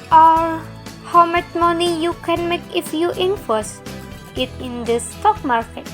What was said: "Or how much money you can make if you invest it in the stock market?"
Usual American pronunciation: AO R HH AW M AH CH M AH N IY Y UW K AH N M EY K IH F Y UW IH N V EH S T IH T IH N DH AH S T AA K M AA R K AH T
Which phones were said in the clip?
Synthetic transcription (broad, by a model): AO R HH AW M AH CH M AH N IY Y UW K AH N M EY K IH F Y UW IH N F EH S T IH T IH N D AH S T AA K M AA R K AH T